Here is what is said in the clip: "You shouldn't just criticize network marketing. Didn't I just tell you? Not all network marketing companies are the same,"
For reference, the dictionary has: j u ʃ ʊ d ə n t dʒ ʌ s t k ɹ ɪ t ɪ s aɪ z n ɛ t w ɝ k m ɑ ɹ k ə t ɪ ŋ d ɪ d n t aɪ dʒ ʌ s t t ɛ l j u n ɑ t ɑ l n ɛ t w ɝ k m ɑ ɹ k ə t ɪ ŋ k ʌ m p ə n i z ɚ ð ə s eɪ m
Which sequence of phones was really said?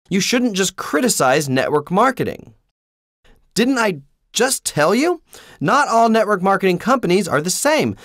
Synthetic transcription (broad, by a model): j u ʃ ʊ d n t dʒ ʌ s k ɹ ɪ t ɪ s aɪ z n ɛ t w ɝ k m ɑ ɹ k ə t ɪ ŋ d ɪ d n t aɪ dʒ ʌ s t t ɛ l j u n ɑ t ɑ l n ɛ t w ɝ k m ɑ ɹ k ə t ɪ ŋ k ʌ m p ə n i z ɚ ð ə s eɪ m